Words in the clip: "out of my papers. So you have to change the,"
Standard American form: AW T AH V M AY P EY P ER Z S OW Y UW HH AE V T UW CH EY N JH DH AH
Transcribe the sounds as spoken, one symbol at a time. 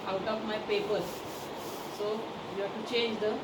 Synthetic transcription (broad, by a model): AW T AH P M AY P EY P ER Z S OW Y UW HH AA T UW CH EY N JH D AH